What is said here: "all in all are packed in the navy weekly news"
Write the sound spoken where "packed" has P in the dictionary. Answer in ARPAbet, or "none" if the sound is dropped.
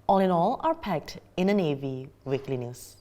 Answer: P